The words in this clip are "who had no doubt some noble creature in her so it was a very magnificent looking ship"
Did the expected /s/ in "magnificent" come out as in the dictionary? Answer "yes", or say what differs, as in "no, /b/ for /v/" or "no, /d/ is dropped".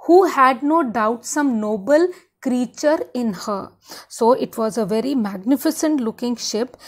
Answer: yes